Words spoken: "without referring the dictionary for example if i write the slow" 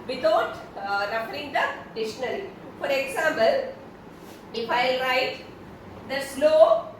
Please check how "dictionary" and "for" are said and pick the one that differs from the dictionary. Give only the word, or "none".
dictionary